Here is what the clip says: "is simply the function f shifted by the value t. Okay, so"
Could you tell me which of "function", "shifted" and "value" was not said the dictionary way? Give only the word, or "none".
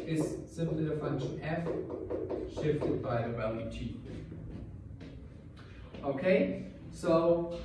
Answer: value